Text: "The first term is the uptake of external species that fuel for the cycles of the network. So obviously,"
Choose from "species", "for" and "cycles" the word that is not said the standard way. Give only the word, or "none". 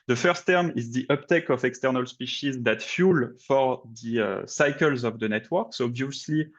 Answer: none